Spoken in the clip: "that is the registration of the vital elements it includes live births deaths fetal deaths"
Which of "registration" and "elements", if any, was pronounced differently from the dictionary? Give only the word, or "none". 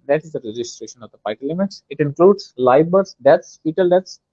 elements